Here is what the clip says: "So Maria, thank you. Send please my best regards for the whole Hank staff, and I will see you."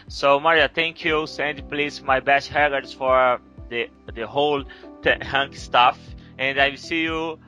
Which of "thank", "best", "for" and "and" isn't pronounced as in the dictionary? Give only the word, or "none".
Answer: thank